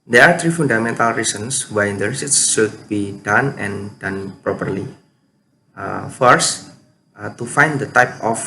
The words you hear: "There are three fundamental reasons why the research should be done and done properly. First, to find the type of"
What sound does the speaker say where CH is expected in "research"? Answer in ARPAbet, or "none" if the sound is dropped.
S